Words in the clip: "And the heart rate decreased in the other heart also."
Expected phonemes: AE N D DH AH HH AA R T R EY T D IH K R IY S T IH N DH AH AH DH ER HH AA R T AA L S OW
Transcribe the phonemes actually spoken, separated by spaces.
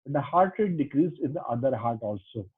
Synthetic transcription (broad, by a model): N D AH HH AA R T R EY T D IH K R IY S IH N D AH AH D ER HH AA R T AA L S OW